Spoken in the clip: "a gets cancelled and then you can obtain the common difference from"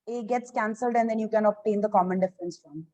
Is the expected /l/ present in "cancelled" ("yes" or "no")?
yes